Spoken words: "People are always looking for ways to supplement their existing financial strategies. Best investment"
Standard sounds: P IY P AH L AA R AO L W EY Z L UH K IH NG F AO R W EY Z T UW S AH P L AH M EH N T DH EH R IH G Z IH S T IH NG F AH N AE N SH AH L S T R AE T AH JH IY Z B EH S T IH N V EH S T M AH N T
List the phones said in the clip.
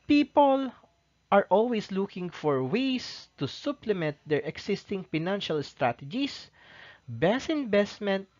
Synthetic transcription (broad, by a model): P IY P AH L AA R AO L W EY S L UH K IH NG F AO R W EY S T UW S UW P L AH M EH N T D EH R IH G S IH S T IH NG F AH N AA N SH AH L S T R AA T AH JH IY S B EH S IH N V EH S T M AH N T